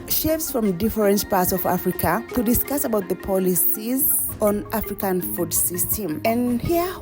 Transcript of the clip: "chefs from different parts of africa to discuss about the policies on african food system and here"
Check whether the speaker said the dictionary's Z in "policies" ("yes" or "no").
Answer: yes